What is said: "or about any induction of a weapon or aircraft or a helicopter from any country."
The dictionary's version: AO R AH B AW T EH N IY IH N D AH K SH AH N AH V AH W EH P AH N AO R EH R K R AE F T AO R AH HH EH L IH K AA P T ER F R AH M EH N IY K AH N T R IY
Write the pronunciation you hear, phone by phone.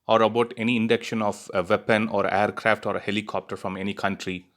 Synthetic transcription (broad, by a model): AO R AH B AW T EH N IY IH N D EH K SH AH N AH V AH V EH P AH N AO R EH R K R AE F T AO R AH HH EH L IH K AA P T ER F R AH M EH N IY K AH N T R IY